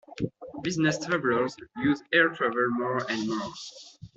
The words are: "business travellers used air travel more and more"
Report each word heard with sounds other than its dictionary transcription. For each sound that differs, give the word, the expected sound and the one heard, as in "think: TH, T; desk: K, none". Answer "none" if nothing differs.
used: D, none